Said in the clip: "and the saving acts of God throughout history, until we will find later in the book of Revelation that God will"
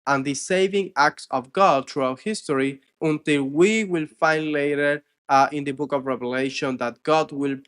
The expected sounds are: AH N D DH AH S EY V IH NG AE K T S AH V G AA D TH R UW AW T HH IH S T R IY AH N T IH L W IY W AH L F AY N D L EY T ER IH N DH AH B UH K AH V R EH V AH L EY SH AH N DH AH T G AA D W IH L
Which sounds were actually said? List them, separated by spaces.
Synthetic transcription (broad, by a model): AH N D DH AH S EY V IH NG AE K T S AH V G AA D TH R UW AW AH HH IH S T R IY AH N T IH L W IY W AH L F AY N D L EY T ER IH N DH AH B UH K AH V R EH V AH L EY SH AH N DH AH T G AA D W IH L